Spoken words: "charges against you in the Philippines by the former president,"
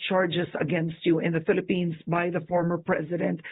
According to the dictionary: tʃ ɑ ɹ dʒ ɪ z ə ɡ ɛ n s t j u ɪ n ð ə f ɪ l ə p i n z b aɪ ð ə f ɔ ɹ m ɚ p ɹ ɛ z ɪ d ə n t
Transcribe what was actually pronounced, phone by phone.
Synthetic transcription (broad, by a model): tʃ ɑ ɹ dʒ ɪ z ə ɡ ɛ n s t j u ɪ n ð ə f ɪ l ə p i n z b aɪ ð ə f ɔ ɹ m ɚ p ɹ ɛ z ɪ d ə n t